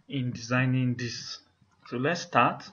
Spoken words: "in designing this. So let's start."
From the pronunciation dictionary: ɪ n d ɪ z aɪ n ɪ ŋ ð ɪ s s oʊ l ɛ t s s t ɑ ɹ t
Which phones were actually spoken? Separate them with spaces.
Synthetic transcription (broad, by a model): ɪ n d ɪ z aɪ n ɪ ŋ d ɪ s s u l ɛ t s s t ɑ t